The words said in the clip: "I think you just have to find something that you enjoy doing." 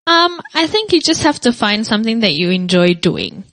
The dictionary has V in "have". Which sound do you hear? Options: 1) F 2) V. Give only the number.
1